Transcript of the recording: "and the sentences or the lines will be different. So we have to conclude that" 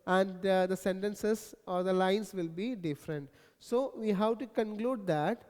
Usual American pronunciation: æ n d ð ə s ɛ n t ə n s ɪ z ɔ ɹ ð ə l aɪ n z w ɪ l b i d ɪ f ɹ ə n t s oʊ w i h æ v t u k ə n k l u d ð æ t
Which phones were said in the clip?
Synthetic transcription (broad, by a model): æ n d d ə s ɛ n t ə n s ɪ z ɔ ɹ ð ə l aɪ n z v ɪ l b i d ɪ f ɹ ə n t s oʊ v i h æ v t u k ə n k l u d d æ t